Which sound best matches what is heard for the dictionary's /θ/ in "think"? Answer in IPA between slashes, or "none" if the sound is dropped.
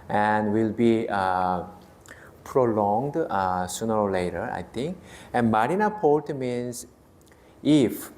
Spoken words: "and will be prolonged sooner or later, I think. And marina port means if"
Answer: /t/